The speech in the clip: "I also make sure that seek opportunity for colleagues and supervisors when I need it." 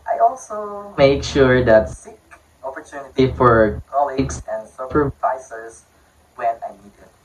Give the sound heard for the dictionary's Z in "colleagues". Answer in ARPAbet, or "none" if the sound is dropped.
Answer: S